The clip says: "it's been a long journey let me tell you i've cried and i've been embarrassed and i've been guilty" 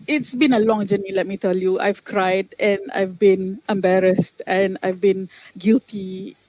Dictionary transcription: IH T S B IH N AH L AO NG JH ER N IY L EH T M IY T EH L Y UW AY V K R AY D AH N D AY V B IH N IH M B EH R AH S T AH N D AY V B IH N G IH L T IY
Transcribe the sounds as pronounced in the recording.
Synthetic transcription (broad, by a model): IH T S B IH N AH L AO NG JH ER N IY L EH T M IY T EH L Y UW AY V K R AY D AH N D AY V B IH N IH M B EH R AH S T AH N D AY V B IH N G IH L T IY